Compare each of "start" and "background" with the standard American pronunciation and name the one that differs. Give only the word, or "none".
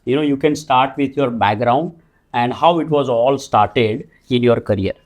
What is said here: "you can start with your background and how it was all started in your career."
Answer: none